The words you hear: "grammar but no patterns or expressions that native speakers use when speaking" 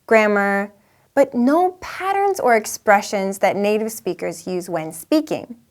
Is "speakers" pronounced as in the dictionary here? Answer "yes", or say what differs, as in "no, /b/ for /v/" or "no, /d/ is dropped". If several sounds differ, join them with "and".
yes